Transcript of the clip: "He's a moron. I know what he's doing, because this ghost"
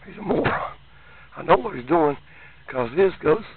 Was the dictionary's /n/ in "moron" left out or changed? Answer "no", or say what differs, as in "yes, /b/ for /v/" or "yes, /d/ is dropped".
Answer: yes, /n/ is dropped